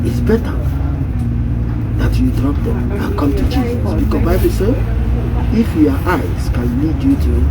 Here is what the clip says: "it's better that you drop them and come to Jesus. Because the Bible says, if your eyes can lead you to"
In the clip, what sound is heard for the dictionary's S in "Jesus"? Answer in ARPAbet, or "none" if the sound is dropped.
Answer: none